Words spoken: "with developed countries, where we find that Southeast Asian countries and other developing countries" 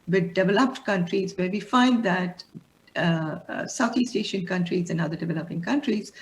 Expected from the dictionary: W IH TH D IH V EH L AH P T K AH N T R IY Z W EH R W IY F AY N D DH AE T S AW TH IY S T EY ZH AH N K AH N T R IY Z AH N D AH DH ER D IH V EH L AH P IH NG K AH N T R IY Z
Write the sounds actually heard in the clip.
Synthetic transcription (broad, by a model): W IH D D IH V EH L AH P T K AH N T R IY Z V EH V IY F AY N D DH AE T S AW T IY S T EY SH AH N K AH N T R IY Z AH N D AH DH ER D IH V EH L AH P IH NG K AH N T R IY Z